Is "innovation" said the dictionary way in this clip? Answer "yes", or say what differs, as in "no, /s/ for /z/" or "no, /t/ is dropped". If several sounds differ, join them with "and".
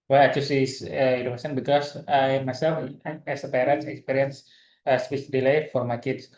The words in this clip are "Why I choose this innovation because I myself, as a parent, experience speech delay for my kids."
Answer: no, /v/ is dropped and /s/ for /ʃ/